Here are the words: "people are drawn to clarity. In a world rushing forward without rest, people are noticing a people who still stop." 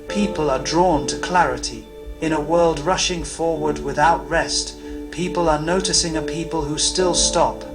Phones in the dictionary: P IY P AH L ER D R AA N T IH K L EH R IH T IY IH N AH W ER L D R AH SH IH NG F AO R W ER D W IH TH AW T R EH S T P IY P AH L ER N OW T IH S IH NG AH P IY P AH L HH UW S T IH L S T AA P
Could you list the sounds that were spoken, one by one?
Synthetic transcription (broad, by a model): P IY P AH L ER D R AA N T IH K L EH R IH T IY IH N AH W ER L D R AH SH IH NG F AO R W ER D W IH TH AW T R EH S T P IY P AH L ER N OW T IH S IH NG AH P IY P AH L HH UW S T IH L S T AA P